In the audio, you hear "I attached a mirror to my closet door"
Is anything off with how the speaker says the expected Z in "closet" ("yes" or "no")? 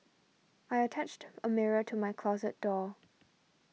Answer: no